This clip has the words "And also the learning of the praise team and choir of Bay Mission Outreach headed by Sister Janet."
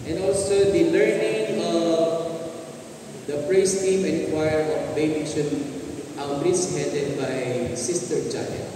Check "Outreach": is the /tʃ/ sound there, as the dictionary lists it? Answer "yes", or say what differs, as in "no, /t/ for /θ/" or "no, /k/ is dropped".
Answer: no, /s/ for /tʃ/